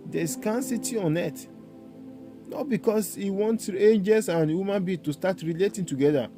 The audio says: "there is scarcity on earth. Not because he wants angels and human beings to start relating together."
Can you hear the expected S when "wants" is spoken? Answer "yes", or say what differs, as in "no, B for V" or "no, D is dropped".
no, S is dropped